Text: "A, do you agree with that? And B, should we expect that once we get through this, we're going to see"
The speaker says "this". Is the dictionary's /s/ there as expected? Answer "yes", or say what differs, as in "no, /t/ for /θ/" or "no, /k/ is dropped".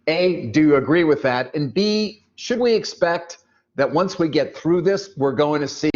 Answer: yes